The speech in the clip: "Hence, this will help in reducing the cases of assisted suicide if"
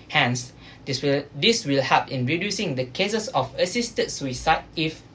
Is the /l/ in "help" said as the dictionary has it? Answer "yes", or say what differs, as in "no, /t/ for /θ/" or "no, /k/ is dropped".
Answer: no, /l/ is dropped